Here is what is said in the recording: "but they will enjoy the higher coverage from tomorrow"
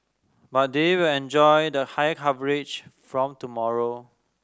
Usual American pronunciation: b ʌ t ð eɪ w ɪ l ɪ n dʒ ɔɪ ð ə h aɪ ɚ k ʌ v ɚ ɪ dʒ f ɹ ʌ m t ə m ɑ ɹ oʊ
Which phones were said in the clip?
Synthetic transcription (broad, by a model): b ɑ t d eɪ w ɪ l ɪ n dʒ ɔɪ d ə h aɪ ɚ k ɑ v ɚ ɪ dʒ f ɹ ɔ m t ə m ɑ ɹ oʊ